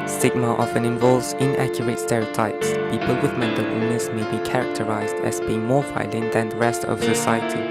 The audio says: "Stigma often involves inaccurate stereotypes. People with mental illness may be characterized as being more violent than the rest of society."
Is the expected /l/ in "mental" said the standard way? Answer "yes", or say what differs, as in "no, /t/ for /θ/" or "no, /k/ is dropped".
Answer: no, /w/ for /l/